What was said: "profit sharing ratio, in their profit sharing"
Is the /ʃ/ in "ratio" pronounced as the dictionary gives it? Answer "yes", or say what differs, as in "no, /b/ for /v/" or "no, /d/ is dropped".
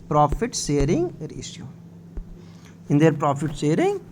no, /s/ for /ʃ/